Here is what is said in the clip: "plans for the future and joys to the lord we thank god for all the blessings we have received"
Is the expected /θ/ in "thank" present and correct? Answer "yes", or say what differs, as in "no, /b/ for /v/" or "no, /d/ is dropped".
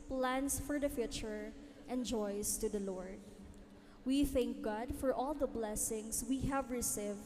yes